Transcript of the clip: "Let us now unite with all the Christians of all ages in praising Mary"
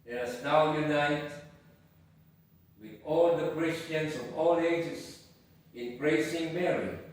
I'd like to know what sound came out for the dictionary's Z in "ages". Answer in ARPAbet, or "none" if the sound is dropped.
S